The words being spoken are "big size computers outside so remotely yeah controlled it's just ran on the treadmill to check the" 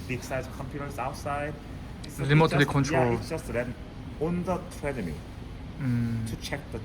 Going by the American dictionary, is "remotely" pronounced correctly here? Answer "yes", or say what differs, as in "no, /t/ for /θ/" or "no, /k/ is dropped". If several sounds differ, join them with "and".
no, /l/ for /ɹ/